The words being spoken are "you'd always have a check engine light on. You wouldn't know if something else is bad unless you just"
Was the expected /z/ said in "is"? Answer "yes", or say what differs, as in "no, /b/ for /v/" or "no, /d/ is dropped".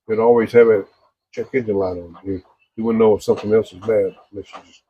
yes